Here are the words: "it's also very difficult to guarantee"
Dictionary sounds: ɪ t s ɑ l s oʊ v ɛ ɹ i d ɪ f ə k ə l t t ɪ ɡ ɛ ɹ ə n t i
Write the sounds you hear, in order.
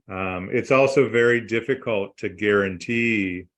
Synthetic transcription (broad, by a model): ɪ t s ɑ l s oʊ v ɛ ɹ i d ɪ f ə k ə l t t ɪ ɡ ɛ ɹ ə n t i